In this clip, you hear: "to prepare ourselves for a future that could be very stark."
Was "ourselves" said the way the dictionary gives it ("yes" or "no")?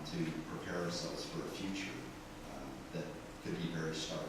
yes